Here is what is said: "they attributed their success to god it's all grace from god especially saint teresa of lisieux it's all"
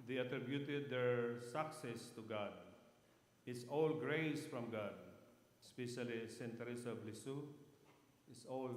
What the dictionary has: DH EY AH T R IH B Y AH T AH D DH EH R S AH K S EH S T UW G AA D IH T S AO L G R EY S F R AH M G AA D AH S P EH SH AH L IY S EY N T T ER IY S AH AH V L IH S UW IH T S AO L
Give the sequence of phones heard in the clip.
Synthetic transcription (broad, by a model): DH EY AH T R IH B Y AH T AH D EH R S AH K S EH S T UW G AA D IH T S AO L G R EY S F R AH M G AA D S P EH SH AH L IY S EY N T T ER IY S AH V L IH S UW IH T S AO L